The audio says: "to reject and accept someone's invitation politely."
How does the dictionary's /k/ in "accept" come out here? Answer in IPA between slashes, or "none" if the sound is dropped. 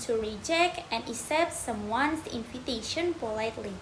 none